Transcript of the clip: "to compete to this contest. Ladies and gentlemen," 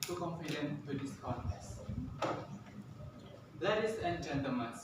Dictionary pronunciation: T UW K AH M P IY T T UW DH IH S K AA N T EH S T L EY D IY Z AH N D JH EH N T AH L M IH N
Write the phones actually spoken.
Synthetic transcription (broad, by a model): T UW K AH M F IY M T UW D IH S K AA T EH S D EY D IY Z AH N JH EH N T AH L M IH N